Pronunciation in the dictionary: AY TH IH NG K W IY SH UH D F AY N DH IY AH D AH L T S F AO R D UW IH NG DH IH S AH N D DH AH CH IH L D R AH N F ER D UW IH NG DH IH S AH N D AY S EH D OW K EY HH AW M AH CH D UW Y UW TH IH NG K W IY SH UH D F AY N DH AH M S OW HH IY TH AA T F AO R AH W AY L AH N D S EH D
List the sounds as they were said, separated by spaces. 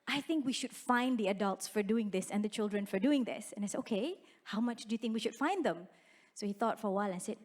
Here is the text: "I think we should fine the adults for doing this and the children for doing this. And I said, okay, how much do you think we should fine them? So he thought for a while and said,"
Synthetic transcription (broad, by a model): AY TH IH NG K W IY SH UH D F AY N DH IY AH D AH L T S F AO R D UW IH NG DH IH S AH N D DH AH CH IH L D R AH N F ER D UW IH NG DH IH S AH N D AY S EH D OW K EY HH AW M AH CH D UW Y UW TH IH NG K W IY SH UH D F AY N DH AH M S OW HH IY TH AA T F AO R AH W AY L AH N S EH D